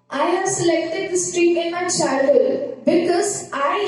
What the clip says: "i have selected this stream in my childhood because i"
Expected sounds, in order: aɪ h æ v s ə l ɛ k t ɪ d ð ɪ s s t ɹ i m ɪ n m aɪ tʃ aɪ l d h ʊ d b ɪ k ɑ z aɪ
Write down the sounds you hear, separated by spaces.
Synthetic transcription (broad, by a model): aɪ h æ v s ə l ɛ k t ɪ d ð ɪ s s t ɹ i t ɪ n m aɪ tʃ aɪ d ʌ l b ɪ k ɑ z aɪ